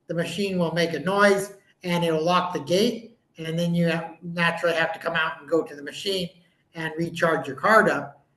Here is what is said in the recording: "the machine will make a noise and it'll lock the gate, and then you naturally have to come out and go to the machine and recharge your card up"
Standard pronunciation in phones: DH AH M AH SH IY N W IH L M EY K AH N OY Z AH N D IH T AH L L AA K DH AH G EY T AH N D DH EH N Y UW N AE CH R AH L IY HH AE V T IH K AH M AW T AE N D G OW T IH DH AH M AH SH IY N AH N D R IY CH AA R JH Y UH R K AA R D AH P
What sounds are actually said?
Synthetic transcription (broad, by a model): DH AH M AH SH IY N W IH L M EY K AH N OY Z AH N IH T L L AA K DH AH G EY T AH N DH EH N Y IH N AE CH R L IY HH AE F T IH K AH M AW T N G OW T IH DH AH M AH SH IY N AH N R IY CH AA R JH Y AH R K AA R D AH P